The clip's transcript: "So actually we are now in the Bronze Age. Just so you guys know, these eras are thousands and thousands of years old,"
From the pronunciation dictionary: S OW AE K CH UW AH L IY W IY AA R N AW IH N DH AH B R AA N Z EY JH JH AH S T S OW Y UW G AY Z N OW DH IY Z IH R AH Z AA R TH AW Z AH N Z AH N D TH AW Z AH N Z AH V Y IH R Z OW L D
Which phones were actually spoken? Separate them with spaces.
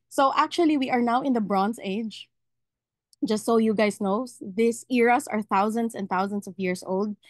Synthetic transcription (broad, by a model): S OW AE K CH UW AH L IY W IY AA R N AW IH N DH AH B R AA N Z EY JH JH AH S T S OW Y UW G AY S N OW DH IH S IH R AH S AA R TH AW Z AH N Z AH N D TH AW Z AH N S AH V Y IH R S OW L D